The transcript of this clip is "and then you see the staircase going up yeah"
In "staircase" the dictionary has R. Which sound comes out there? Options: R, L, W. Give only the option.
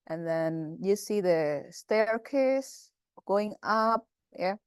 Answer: R